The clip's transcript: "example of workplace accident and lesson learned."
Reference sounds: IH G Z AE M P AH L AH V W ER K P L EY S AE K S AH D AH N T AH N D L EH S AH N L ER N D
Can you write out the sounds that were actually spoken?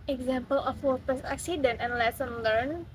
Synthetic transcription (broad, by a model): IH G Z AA M P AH L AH F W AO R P EY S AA K S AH D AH N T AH N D L EH S AH N L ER N